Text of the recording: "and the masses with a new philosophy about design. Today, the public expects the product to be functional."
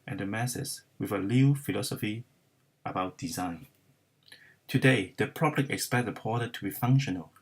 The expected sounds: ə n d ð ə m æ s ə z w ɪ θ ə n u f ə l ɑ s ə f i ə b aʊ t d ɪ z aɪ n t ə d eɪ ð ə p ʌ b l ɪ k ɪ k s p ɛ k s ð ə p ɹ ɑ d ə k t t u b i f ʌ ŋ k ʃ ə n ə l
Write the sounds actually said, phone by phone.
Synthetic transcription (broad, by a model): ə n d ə m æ s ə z w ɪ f ə l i f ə l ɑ s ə f i ə b aʊ t d ɪ z aɪ n t ə d eɪ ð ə p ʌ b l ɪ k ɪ k s p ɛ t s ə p ɑ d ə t t u b i f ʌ ŋ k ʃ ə n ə l